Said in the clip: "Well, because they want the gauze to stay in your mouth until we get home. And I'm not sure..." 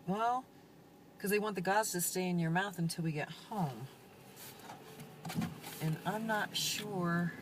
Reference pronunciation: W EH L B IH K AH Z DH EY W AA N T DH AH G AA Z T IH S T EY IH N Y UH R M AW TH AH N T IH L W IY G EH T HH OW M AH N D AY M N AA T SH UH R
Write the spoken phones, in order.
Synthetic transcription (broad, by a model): W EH L K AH Z DH EY W AA N DH AH G AA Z T IH S T EY IH N Y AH R M AW TH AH N T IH L W IY G EH T HH OW M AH N AY M N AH T SH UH R